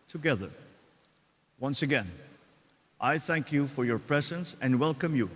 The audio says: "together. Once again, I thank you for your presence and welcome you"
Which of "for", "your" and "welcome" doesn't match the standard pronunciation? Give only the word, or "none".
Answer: none